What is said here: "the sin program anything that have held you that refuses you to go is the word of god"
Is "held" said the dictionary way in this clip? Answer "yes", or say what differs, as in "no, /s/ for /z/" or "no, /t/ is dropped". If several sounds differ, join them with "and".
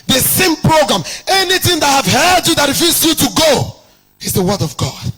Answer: no, /l/ is dropped